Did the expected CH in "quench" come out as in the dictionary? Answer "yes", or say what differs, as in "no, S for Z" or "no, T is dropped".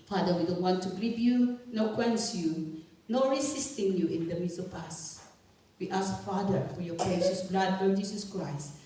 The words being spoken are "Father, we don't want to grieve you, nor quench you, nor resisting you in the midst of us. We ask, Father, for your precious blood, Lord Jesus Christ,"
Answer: no, S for CH